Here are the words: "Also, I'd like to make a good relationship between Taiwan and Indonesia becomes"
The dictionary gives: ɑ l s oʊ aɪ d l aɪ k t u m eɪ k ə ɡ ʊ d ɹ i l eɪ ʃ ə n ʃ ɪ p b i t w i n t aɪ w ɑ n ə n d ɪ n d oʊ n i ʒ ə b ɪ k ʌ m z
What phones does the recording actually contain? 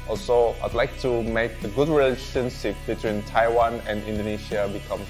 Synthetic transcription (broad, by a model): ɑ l s oʊ aɪ d l aɪ k t u m eɪ k ə ɡ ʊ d ɹ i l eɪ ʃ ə n s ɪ f b i t w i n t aɪ w ɑ n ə n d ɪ n d oʊ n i ʃ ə b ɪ k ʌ m